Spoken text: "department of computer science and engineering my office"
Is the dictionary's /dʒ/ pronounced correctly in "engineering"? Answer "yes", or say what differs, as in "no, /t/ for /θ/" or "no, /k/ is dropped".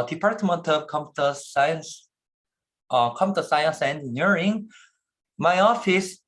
no, /dʒ/ is dropped